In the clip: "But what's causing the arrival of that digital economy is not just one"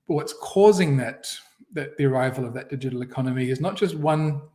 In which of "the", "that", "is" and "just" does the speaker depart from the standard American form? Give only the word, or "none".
none